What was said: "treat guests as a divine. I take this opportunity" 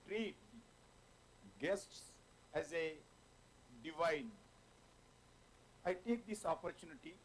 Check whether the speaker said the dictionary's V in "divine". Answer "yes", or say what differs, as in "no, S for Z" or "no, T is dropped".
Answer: yes